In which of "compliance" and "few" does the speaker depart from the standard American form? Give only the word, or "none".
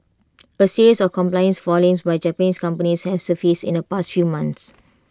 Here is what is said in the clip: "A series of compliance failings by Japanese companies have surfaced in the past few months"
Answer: none